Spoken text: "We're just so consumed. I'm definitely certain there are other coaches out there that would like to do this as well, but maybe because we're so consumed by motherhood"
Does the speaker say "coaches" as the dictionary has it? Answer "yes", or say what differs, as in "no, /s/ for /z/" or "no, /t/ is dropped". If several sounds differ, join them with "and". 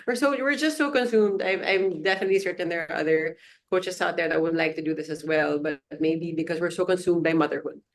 no, /s/ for /z/